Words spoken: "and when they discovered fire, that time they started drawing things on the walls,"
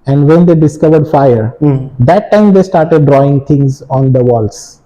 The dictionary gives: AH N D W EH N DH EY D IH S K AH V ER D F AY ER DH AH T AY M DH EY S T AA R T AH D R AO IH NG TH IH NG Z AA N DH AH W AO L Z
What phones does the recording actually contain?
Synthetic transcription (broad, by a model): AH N D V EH N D EY D IH S K AH V ER D F AY ER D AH T AY M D EY S T AA R T AH D R AO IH NG T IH NG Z AA N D AH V AO L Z